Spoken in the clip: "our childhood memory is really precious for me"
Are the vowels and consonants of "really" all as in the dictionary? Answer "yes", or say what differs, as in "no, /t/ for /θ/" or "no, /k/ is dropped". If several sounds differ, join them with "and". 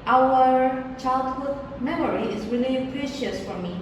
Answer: yes